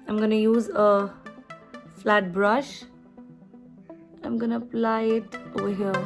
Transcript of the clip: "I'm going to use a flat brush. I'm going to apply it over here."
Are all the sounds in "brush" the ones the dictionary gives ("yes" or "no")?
yes